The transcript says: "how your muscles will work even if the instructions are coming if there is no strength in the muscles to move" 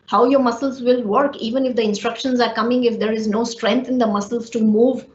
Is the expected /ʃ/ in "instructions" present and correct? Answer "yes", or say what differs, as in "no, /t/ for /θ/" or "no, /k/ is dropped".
yes